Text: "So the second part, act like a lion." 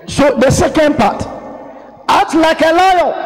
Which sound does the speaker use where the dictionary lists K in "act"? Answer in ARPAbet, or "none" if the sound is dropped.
none